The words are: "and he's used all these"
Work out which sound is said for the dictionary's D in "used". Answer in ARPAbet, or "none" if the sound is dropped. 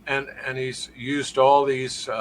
D